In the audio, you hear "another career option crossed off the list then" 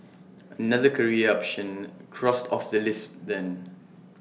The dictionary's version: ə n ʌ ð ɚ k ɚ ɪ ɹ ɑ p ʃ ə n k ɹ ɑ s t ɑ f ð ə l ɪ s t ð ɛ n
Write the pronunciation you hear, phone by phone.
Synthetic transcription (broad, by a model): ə n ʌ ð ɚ k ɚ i ɑ p ʃ ə n k ɹ ɑ s t ɑ f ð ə l ɪ s t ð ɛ n